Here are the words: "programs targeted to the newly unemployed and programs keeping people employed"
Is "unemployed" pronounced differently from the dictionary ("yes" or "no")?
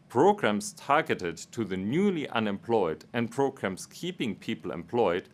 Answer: no